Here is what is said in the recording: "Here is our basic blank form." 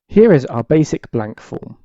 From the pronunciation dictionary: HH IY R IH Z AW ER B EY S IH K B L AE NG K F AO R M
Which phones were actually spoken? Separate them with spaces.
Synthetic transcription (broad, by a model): HH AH R IH Z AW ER B EY S IH K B L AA NG K F AO M